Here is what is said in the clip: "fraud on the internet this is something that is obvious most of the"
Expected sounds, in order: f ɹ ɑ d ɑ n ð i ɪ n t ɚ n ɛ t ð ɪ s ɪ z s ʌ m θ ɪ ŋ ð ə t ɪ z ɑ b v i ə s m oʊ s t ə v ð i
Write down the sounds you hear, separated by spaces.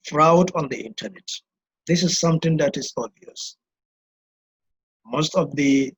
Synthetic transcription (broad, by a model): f ɹ ɑ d ɑ n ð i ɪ n t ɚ n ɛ t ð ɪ s ɪ z s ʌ m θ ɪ ŋ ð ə t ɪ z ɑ v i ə s m oʊ s t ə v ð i